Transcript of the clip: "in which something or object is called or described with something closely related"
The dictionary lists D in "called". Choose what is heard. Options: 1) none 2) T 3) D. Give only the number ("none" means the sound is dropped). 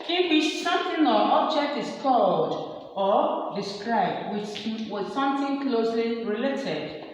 3